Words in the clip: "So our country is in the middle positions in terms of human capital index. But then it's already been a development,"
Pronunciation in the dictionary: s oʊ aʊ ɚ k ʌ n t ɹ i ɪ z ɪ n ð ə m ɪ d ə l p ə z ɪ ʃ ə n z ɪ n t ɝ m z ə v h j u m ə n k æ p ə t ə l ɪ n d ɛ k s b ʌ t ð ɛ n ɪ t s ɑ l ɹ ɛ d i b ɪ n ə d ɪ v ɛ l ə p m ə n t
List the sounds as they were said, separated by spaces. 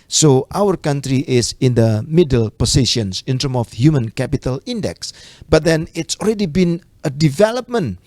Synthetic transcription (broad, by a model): s oʊ aʊ ɚ k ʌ n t ɹ i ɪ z ɪ n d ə m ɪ d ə l p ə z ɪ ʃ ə n s ɪ n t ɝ m ə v h j u m ə n k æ p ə t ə l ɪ n d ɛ k s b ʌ t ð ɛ n ɪ t s ɑ l ɹ ɛ d i b ɪ n ə d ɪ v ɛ l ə p m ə n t